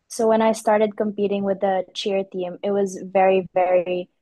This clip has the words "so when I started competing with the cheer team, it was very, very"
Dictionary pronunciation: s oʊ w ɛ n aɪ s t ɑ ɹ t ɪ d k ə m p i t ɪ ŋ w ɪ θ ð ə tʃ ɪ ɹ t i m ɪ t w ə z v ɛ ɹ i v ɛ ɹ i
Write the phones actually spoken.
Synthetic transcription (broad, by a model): s oʊ w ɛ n aɪ s t ɑ ɹ t ɪ d k ə m p i t ɪ ŋ w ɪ ð ə tʃ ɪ ɹ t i m ɪ t w ə z v ɛ ɹ i v ɛ ɹ i